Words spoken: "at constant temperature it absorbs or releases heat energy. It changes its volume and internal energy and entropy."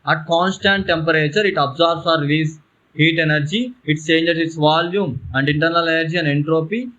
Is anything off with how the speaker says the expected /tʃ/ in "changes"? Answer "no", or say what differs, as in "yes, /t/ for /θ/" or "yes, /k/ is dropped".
yes, /s/ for /tʃ/